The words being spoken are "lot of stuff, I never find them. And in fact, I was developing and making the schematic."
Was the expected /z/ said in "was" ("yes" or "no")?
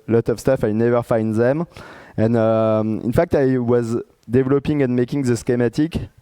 yes